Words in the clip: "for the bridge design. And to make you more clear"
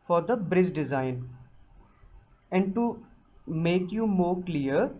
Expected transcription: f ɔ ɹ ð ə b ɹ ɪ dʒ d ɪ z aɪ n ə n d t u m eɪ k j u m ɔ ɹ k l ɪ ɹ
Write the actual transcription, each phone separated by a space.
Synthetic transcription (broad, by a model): f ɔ ɹ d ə b ɹ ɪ z d ɪ z aɪ n ə n d t u m eɪ k j u m ɔ ɹ k l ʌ ɹ